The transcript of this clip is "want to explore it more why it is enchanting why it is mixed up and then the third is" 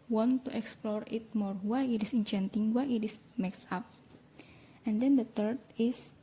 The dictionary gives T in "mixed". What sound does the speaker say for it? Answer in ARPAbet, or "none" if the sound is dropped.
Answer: none